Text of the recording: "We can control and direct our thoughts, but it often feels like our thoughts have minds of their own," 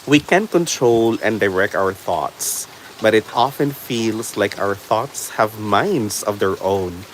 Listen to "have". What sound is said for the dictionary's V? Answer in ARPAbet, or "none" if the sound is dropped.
V